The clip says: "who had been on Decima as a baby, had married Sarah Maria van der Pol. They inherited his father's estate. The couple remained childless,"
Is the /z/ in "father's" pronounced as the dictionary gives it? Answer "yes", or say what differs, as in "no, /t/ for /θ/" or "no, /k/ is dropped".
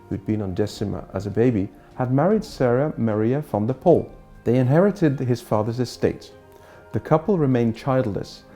yes